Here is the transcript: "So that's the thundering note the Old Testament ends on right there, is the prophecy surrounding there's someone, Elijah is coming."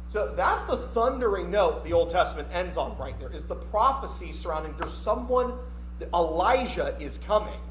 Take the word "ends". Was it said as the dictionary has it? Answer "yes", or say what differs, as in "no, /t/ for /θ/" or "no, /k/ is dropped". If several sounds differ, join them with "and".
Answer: yes